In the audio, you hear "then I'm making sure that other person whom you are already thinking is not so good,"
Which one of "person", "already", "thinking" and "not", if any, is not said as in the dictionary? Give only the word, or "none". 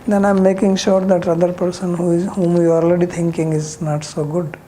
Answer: thinking